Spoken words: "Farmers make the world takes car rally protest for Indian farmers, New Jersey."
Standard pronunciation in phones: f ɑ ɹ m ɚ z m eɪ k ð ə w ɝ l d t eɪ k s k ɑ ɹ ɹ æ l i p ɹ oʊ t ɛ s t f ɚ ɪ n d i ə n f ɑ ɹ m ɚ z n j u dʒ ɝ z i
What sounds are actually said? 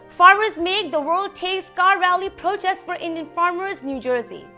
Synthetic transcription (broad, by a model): f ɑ ɹ m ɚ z m eɪ k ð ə w ɝ l d t eɪ k s k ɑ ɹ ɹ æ l i p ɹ oʊ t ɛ s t f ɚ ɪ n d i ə n f ɑ ɹ m ɚ z n j u dʒ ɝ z i